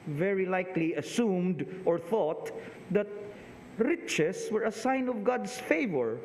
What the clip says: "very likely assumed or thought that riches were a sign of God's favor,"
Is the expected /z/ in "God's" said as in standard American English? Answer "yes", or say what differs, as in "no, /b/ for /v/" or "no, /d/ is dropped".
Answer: no, /s/ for /z/